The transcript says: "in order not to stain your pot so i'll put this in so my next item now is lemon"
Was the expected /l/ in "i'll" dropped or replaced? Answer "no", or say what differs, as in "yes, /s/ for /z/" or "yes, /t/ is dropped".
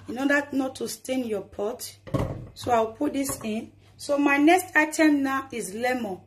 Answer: yes, /w/ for /l/